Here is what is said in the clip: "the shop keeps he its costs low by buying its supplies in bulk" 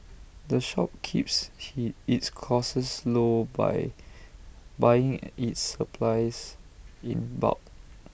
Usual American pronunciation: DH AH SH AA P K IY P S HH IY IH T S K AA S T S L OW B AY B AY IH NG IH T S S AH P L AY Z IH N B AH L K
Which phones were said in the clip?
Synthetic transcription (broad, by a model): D AH SH AA P K IY P S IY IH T S K AA S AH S L OW B AY B AY IH NG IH T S S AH P L AY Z IH N B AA K